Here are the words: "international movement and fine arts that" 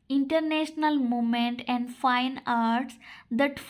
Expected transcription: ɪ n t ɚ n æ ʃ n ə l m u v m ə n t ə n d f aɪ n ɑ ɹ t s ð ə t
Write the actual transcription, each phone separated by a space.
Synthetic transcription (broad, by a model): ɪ n t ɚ n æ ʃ n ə l m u m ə n t ə n d f aɪ n ɑ ɹ t s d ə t